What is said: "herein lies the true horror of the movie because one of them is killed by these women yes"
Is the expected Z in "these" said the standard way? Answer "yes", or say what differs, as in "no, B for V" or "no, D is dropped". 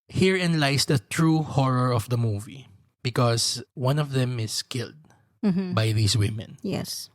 no, S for Z